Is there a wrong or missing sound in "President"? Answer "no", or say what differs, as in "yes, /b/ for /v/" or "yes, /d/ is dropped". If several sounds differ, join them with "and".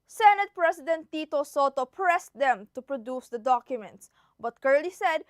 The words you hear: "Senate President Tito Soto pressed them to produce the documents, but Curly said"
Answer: yes, /s/ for /z/